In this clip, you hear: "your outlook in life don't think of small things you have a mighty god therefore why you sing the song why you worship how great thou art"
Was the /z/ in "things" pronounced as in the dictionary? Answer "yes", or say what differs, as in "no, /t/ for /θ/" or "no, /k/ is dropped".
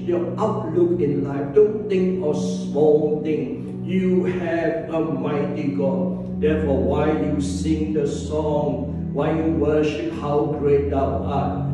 no, /z/ is dropped